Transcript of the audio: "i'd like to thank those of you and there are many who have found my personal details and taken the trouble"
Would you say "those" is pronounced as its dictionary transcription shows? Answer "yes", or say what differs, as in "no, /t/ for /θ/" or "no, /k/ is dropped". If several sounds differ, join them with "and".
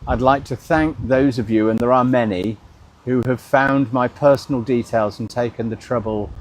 yes